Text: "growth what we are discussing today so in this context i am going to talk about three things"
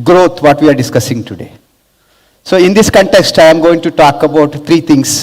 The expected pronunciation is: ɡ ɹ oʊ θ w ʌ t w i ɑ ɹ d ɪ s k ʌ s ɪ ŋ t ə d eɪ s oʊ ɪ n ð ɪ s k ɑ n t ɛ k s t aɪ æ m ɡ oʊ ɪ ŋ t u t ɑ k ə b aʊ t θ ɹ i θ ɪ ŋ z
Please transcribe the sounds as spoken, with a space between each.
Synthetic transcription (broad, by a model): ɡ ɹ oʊ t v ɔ t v i ɑ ɹ d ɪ s k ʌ s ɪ ŋ t ə d eɪ s oʊ ɪ n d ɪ s k ɑ n t ɛ k s t aɪ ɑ m ɡ oʊ ɪ ŋ t u t ɑ k ə b aʊ t t ɹ i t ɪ ŋ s